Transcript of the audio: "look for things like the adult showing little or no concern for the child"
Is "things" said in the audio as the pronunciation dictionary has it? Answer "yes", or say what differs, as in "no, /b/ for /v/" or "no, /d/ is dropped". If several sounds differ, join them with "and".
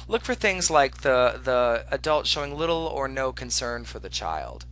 yes